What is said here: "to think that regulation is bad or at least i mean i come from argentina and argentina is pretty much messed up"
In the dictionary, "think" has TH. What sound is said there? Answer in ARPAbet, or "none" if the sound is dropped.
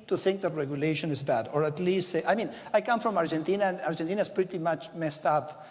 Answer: TH